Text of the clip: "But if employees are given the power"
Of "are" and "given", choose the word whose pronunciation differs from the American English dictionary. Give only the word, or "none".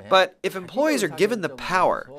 none